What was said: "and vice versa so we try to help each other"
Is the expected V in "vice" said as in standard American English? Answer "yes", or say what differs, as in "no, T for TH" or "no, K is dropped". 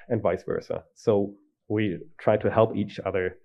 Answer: yes